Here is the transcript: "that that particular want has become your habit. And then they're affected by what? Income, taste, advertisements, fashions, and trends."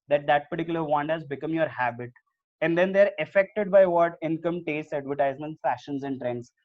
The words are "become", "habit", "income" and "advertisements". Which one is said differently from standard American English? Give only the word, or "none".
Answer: advertisements